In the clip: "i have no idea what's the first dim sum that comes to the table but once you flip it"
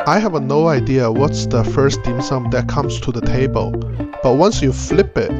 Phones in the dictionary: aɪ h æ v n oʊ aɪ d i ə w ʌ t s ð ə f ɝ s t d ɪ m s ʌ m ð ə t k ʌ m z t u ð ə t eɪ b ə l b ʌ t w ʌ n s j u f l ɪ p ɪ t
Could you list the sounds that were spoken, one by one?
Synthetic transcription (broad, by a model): aɪ h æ v n oʊ aɪ d i ə w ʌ t s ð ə f ɝ s t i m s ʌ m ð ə t k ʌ m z t u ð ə t eɪ b ə l b ʌ t w ʌ n s j u f l ɪ p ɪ t